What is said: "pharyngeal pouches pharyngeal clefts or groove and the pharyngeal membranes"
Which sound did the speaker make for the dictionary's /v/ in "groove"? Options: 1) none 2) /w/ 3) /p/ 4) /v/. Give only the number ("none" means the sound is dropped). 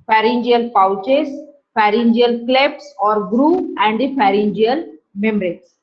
1